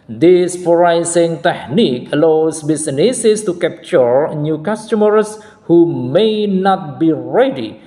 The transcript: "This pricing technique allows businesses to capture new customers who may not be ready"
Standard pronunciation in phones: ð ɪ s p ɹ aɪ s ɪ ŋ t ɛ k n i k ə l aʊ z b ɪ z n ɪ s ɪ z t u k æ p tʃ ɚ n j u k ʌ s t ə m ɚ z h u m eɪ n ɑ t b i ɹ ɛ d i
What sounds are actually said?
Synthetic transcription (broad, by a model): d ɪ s f ɹ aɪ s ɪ ŋ t ɛ k n i k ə l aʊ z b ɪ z n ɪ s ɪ s t u k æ p tʃ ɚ n j u k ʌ s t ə m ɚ s h u m eɪ n ɑ t b i ɹ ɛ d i